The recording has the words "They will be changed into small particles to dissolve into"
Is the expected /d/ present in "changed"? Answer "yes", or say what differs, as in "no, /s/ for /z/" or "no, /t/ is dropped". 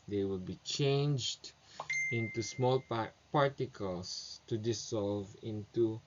yes